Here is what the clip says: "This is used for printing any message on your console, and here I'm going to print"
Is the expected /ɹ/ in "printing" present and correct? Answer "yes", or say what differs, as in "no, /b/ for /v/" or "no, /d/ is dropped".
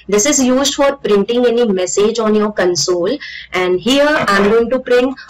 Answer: yes